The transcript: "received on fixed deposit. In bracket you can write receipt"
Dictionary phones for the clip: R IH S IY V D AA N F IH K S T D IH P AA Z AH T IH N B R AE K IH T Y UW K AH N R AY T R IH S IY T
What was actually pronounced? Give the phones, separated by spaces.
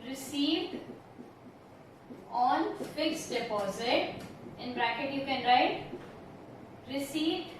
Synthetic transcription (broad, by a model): R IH S IY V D AA N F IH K S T D IH P AA Z AH T IH N B R AE K IH T Y UW K AH N R AY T R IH S IY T